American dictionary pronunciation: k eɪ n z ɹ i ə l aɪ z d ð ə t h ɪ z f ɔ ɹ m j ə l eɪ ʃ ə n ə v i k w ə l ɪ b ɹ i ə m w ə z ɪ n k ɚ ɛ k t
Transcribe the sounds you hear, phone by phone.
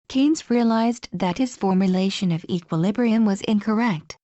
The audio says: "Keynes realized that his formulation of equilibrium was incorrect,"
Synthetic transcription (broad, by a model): k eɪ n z ɹ i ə l aɪ z ð ə t h ɪ z f ɔ ɹ m j ə l eɪ ʃ ə n ə v i k w ə l ɪ b ɹ i ə m w ə z ɪ n k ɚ ɛ k t